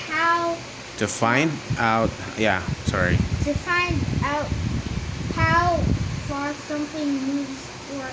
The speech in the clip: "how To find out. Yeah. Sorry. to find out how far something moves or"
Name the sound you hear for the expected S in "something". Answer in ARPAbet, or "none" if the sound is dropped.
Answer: S